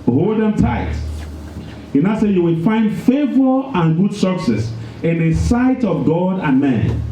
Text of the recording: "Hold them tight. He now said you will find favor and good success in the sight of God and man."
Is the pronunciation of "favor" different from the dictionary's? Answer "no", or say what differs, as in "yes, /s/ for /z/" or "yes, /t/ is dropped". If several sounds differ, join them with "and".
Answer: no